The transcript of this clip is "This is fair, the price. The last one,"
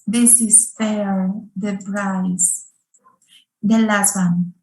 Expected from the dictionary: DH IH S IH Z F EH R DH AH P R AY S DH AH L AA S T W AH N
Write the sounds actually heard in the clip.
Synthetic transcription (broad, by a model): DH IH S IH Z F EH R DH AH B R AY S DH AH L AA S T W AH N